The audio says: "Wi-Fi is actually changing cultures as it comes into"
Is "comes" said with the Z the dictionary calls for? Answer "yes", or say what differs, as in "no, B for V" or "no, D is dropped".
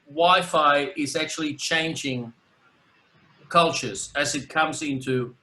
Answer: yes